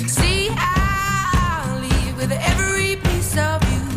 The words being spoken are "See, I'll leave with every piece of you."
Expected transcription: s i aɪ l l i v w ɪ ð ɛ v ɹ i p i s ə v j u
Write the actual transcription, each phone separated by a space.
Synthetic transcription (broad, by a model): s i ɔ n l i v w ɪ ð ɛ v ɹ i p i s ə v j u